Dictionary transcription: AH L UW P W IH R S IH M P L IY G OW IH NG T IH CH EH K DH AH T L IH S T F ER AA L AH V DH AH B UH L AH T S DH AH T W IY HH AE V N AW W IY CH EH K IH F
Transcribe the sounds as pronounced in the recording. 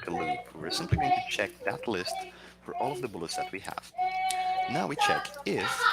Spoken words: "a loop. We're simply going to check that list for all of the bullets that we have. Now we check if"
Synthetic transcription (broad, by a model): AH L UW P W IH R S IH M P L IY G OW IH NG T IH CH EH K DH AH T L IH S T F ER AA L AH V DH AH B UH L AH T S DH AH T W IY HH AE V N AW W IY CH EH K IH F